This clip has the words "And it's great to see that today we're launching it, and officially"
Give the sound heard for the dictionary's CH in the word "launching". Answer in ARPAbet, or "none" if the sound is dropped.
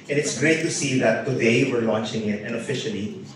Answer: CH